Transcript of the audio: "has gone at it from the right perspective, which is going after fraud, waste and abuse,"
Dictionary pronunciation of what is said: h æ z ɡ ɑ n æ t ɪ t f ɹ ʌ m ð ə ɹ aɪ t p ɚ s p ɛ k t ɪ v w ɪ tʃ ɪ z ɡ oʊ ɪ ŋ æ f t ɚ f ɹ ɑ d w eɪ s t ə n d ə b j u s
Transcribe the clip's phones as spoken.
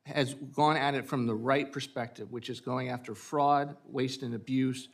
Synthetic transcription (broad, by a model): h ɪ z ɡ ɑ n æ t ɪ t f ɹ ʌ m ð ə ɹ aɪ t p ɚ s p ɛ k t ɪ v w ɪ tʃ ɪ z ɡ oʊ ɪ ŋ æ f t ɚ f ɹ ɑ d w eɪ s t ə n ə b j u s